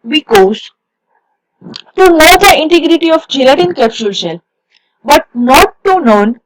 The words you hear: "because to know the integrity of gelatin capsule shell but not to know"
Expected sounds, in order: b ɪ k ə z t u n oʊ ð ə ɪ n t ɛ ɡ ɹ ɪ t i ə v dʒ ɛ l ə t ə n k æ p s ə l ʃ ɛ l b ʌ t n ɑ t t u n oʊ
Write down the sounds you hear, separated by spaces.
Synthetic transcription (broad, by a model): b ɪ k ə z t u n oʊ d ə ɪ n t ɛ ɡ ɹ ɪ t i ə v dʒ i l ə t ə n k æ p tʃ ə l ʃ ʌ n b ʌ t n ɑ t t u n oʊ